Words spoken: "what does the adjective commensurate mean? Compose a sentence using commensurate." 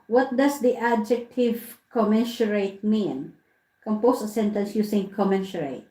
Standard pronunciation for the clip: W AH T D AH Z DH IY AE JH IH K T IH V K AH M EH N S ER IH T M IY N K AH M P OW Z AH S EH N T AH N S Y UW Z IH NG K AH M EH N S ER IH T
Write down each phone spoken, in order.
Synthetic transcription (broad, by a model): W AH T D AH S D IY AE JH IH K T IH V K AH M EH N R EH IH T M IY N K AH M P OW S AH S EH N T AH N S Y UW S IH NG K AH M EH N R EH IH T